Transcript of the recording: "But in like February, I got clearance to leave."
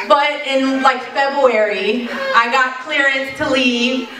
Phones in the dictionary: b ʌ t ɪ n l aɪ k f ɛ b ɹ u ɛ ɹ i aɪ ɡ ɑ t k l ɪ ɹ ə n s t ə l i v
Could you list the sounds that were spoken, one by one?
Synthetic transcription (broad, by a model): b ʌ t ɪ n l aɪ k f ɛ b ɹ u ɛ ɹ i aɪ ɡ ɑ t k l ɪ ɹ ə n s t ə l i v